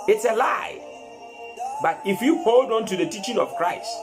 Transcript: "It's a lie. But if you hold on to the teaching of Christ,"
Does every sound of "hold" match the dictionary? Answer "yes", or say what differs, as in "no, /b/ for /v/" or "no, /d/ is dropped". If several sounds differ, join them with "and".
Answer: yes